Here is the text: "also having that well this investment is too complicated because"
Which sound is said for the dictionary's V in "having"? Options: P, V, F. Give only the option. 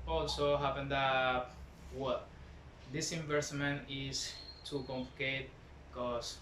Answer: P